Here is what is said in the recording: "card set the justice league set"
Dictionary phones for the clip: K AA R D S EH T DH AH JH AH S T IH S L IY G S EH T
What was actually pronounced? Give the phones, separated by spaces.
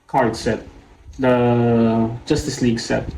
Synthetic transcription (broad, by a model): K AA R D S EH T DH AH JH AH S T IH S L IY G S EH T